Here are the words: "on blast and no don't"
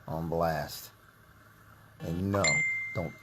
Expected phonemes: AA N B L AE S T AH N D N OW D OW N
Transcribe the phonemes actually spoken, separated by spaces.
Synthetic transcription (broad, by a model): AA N B L AE S T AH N N OW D OW N